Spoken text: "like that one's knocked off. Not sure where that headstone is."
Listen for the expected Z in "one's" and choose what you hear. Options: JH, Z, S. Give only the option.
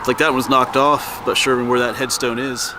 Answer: Z